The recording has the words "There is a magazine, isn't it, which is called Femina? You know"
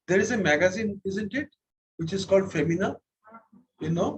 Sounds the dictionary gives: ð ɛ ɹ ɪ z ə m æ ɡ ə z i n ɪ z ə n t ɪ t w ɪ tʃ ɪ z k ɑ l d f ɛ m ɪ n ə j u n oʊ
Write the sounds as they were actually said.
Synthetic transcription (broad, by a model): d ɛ ɹ ɪ z ə m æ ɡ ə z i n ɪ z ə n t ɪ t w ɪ tʃ ɪ z k ɑ l d f ɛ m ɪ n ə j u n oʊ